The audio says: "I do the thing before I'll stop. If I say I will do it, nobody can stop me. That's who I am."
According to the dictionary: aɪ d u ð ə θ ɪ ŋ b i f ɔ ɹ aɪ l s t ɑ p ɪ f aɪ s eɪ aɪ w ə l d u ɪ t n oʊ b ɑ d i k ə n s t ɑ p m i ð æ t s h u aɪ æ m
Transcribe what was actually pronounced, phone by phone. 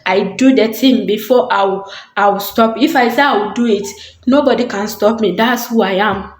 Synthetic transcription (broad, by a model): aɪ d u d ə t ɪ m b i f ɔ w aɪ w s t ɑ p ɪ f aɪ s eɪ aɪ w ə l d u ɪ t n oʊ b ɑ d i k ə n s t ɑ p m i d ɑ t s h u aɪ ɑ m